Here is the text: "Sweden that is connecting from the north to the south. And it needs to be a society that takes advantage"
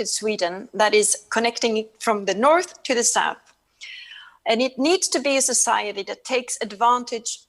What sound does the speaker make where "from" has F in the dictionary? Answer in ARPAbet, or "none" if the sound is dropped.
F